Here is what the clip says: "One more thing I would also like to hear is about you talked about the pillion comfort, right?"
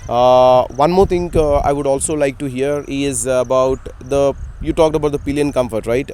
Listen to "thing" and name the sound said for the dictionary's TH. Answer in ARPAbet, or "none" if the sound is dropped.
T